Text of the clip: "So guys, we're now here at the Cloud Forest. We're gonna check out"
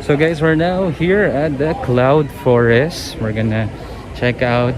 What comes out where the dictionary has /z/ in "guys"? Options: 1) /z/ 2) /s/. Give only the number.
2